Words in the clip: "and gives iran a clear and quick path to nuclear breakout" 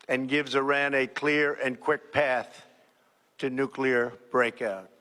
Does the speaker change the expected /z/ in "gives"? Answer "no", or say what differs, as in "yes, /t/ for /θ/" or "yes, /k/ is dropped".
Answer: no